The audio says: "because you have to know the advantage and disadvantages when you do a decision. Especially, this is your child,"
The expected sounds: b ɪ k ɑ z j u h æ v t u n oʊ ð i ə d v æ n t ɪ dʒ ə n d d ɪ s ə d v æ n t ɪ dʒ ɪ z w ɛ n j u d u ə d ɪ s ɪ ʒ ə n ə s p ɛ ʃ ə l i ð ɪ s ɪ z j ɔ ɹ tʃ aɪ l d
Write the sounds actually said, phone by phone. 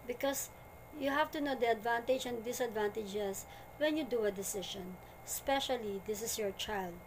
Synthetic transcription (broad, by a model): b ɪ k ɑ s j u h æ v t u n oʊ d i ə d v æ n t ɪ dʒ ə n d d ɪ s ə d v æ n t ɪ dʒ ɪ s w ɛ n j u d u ə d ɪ s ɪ ʃ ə n s p ɛ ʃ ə l i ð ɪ s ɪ s j ɔ ɹ tʃ aɪ l d